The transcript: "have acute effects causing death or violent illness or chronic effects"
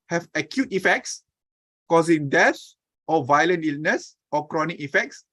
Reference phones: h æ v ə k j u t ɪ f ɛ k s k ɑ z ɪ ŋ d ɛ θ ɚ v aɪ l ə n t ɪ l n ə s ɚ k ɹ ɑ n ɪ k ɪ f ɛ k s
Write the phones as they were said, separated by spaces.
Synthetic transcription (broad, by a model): h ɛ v ə k j u t ɪ f ɛ k s k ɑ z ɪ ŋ d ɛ s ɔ v aɪ l ə n t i l n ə s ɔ k ɹ ɑ n ɪ k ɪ f ɛ k s